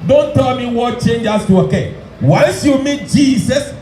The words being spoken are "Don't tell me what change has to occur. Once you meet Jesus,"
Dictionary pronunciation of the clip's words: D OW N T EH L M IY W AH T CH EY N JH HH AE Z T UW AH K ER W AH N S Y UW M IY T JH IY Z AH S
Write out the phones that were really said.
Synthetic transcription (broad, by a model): D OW N T EH L M IY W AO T CH EY N JH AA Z T UW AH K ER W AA L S Y UW M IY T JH IY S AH S